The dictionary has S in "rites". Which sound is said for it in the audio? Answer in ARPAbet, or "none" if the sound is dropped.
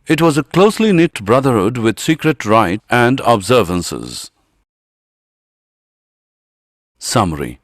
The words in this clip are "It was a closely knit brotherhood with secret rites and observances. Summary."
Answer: none